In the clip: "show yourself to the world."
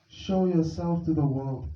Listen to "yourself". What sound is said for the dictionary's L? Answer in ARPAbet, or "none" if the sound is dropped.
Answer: L